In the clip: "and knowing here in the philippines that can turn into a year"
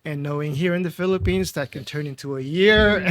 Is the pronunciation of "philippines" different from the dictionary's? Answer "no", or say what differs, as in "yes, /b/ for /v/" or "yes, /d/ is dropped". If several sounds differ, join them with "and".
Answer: no